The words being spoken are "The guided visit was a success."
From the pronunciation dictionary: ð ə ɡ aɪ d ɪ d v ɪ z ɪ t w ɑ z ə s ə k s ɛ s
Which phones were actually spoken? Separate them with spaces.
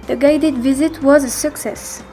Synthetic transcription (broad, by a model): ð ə ɡ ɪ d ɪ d v ɪ z ɪ t w ɑ z ə s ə k s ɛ s